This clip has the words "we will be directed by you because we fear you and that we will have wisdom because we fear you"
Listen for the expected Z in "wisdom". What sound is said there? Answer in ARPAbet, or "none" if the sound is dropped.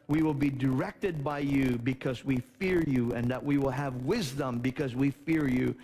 Z